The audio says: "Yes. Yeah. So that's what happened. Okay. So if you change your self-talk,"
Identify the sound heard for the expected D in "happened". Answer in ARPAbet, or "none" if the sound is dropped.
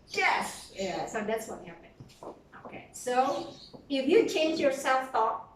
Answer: none